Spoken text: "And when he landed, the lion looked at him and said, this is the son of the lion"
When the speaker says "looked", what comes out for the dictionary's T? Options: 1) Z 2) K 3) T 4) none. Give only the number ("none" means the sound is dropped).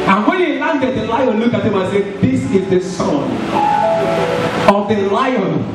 4